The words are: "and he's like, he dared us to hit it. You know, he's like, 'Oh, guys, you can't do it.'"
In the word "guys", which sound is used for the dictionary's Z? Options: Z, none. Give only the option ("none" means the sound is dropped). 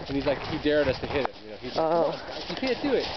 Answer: none